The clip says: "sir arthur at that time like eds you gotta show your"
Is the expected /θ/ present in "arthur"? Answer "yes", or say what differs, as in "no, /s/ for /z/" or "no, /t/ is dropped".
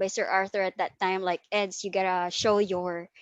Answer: yes